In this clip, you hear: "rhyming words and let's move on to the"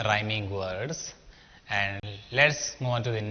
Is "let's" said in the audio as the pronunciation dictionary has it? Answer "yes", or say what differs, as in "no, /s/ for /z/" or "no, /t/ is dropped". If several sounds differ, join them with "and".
yes